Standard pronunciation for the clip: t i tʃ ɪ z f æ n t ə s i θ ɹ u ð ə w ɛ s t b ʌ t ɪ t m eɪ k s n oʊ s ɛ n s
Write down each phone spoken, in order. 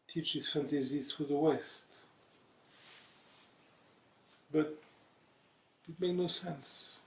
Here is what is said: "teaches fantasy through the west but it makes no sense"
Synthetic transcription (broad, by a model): t i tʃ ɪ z f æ n t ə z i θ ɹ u ð ə w ɛ s t b ʌ t ɪ t m eɪ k n oʊ s ɛ n s